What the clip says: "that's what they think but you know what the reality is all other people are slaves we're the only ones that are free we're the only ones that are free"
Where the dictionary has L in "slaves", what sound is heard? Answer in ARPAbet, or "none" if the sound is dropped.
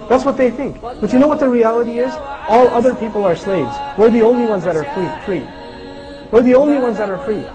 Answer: L